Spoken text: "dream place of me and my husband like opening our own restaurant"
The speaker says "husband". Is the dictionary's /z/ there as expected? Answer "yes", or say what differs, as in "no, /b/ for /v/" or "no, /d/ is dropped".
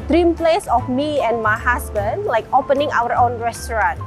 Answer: no, /s/ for /z/